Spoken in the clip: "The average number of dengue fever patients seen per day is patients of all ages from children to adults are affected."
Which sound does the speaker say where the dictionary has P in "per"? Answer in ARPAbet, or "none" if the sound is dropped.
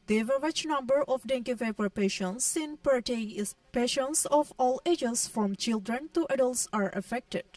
P